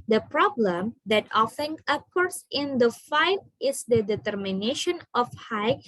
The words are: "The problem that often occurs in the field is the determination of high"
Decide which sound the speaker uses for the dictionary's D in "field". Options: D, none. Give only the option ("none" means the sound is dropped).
none